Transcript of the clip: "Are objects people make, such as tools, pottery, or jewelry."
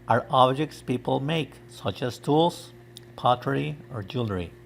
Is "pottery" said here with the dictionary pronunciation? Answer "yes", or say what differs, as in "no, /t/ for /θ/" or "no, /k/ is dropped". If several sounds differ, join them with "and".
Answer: yes